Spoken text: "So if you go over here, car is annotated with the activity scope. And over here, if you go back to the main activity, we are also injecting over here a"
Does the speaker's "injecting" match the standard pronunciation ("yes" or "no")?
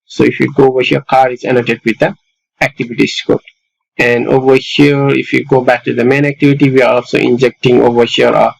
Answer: yes